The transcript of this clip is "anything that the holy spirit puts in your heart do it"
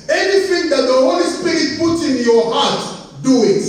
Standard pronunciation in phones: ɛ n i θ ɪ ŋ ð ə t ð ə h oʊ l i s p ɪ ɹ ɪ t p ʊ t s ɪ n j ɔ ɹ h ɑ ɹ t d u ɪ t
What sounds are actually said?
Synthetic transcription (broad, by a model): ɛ n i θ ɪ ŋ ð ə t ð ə h oʊ l i s p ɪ ɹ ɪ t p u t ɪ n j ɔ h ɑ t d u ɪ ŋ